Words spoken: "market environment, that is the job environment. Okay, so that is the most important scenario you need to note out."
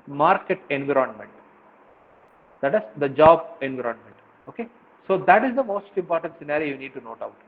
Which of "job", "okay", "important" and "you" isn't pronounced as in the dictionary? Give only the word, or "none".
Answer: none